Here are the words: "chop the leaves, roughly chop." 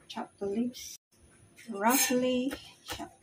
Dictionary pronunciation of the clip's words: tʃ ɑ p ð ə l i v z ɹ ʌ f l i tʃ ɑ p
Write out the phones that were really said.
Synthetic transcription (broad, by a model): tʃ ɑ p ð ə l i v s ɹ ʌ f l i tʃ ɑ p